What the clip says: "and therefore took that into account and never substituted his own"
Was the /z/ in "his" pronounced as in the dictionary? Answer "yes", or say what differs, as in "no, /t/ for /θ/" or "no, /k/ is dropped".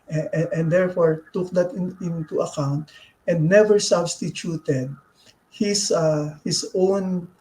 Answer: no, /s/ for /z/